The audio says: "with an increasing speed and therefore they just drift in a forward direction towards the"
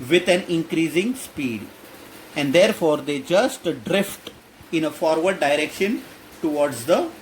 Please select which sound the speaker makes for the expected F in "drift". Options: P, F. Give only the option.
F